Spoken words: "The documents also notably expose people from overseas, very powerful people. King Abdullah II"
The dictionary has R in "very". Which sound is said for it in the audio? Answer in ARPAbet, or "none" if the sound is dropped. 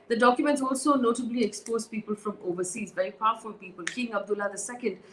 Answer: none